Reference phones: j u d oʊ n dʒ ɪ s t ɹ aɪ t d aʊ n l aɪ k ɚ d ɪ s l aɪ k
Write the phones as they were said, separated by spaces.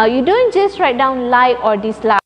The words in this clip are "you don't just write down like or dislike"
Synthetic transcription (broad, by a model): j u d oʊ n dʒ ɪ s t ɹ aɪ t d aʊ n l aɪ ɔ d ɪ s l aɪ